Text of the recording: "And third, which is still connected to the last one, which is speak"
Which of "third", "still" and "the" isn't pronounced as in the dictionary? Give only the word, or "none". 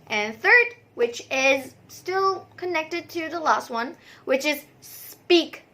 none